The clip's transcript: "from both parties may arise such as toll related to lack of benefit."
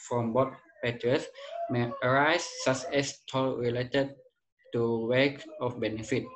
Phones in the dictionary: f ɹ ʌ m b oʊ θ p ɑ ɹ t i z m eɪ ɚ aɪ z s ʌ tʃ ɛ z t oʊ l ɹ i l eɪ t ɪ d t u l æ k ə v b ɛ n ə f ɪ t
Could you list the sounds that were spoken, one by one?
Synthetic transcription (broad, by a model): f ɹ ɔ m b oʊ t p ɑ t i s m eɪ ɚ aɪ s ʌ s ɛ s t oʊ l ɹ i l eɪ t ɪ d t u w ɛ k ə f b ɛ n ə f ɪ t